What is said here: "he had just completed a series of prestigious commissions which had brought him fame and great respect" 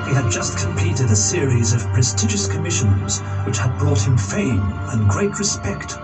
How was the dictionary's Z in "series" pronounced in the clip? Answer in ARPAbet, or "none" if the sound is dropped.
Z